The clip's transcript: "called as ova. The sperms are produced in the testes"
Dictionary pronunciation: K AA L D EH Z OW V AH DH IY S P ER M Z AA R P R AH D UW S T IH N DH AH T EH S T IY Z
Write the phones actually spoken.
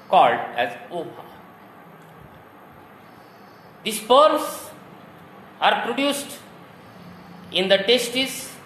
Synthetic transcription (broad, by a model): K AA L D EH Z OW P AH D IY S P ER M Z AA R P R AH D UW S T IH N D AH T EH S T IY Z